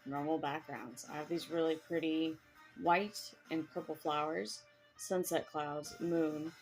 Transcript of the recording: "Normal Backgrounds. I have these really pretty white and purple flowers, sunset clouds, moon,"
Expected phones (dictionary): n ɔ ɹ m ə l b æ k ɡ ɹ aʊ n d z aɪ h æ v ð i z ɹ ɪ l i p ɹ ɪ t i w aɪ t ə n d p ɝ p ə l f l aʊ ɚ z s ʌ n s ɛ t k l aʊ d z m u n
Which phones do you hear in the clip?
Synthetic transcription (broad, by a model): n ɔ ɹ m l b æ k ɡ ɹ aʊ n d z aɪ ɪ v ð i z ɹ ɪ l i p ɹ ɪ t i w aɪ t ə n p ɝ p l f l aʊ ɚ z s ʌ n s ɛ t k l aʊ d z m u n